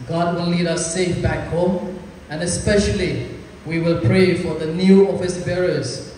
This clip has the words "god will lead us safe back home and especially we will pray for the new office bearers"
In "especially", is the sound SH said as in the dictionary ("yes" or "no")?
yes